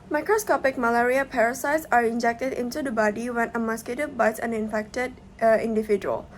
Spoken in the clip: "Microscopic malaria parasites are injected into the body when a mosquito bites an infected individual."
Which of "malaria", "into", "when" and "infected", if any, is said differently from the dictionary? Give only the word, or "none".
none